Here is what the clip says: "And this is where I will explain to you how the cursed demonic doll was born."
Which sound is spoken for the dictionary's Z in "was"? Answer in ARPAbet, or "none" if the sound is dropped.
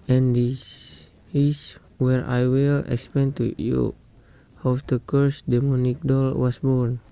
S